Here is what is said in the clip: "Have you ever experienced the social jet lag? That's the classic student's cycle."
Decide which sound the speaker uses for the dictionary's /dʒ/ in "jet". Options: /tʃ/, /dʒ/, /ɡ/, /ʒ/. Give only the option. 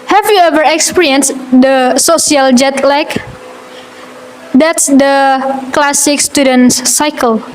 /dʒ/